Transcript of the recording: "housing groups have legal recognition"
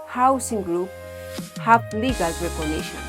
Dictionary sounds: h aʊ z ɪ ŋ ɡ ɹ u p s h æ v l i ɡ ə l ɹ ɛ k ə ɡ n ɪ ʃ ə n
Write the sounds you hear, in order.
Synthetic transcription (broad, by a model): h aʊ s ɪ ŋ ɡ ɹ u p h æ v l i ɡ ə l ɹ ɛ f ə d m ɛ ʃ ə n